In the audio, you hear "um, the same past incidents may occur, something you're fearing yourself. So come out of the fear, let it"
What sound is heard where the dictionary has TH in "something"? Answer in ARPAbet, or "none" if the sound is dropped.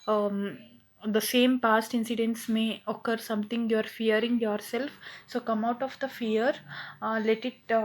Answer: T